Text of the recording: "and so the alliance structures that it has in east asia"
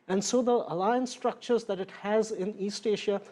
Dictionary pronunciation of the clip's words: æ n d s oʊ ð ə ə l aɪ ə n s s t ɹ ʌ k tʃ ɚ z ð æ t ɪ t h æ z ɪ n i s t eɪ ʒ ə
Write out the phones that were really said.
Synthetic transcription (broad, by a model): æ n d s oʊ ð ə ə l aɪ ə n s s t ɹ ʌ k tʃ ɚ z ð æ t ɪ t h æ z ɪ n i s t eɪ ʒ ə